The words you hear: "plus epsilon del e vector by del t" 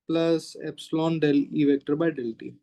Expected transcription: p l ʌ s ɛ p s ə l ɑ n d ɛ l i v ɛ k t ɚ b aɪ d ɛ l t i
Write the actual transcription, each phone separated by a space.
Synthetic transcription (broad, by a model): p l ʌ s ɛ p s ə l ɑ n d ɛ l i v ɛ k t ɚ b aɪ d ɛ l t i